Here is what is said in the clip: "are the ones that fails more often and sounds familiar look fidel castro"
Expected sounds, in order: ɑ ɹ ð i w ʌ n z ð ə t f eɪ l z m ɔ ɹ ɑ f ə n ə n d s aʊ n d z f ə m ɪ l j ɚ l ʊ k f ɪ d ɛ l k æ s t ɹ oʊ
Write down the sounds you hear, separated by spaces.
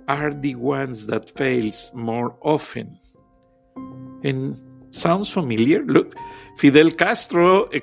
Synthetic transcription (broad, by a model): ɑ ɹ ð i w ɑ n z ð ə t f eɪ l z m ɔ ɹ ɑ f ə n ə n s aʊ n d s f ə m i l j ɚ l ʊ k f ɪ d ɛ l k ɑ s t ɹ oʊ